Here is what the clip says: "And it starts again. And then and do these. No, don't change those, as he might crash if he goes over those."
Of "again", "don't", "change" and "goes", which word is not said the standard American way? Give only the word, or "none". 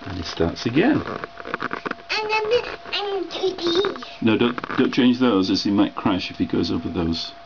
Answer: none